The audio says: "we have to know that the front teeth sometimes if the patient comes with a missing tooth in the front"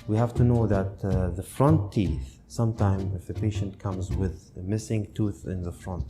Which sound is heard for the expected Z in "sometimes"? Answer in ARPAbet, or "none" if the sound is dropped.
none